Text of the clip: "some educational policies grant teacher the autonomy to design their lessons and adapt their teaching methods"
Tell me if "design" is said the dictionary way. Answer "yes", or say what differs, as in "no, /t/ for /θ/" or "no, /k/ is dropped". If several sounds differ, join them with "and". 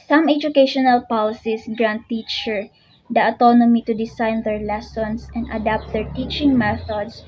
no, /s/ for /z/